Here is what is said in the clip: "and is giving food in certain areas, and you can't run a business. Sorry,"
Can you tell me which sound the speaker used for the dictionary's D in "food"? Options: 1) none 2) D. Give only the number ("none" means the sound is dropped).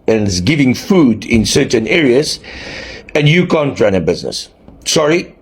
2